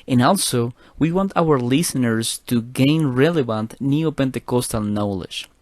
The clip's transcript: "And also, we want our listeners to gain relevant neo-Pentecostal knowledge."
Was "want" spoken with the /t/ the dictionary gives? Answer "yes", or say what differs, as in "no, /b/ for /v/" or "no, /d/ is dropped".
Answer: yes